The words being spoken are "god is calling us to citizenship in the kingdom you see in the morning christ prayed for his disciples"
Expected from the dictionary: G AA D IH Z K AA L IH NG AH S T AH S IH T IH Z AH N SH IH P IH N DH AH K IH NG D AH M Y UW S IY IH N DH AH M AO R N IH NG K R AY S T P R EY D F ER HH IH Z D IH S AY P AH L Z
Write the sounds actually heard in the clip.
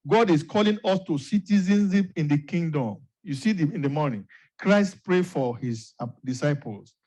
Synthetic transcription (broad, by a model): G AA D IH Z K AA L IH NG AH S T AH S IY T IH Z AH N S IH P IH N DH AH K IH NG D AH M Y UW S IY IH N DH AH M AO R N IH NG K R AY S T P R EY F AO HH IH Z D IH S AY P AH L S